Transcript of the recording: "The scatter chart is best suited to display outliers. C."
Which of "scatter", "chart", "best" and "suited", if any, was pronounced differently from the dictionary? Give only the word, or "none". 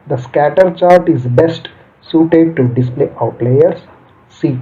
none